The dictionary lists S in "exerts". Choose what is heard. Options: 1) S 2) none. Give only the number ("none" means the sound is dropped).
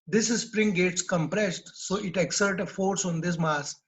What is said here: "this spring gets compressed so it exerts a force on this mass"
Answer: 2